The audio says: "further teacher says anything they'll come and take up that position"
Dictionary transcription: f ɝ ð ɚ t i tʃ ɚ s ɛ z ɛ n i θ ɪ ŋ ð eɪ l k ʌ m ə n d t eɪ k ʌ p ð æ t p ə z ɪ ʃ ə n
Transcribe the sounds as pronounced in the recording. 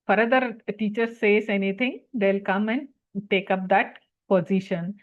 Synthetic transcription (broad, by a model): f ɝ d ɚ t i tʃ ɚ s ɛ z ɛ n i t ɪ ŋ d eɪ l k ʌ m ə n d t eɪ k ʌ p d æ t p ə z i ʃ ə n